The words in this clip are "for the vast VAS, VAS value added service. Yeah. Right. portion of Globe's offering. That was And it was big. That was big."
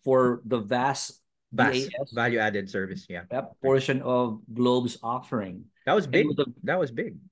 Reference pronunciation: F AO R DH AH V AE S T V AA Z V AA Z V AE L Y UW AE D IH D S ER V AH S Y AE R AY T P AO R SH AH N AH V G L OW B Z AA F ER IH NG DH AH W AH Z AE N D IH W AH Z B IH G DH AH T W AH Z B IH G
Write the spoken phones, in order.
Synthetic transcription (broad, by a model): F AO R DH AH V AE S T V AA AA V AE L Y UW AE D IH D S ER V AH S Y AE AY P AO R SH AH N AH V G L OW B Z AA F ER IH NG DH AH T W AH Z B IH G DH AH T W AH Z B IH G